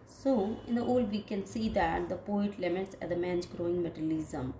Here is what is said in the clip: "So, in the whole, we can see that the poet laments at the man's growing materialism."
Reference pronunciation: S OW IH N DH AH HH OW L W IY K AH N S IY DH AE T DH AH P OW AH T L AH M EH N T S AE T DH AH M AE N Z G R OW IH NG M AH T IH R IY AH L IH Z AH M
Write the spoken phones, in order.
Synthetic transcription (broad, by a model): S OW IH N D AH OW L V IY K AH N S IY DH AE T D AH P OW AH T L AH M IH T S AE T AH M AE N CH G R OW IH NG M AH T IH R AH L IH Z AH M